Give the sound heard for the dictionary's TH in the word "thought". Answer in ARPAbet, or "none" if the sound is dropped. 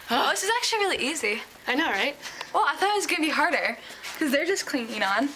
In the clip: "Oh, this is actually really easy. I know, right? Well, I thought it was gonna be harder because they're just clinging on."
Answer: TH